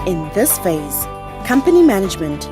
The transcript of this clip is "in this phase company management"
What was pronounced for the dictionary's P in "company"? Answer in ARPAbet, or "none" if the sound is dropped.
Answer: P